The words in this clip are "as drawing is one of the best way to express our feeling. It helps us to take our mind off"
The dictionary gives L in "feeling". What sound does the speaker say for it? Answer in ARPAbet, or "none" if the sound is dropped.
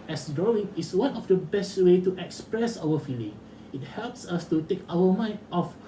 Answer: L